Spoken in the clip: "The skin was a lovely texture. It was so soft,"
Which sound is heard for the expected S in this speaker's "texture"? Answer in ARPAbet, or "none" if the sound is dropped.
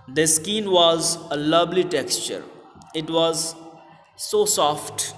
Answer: S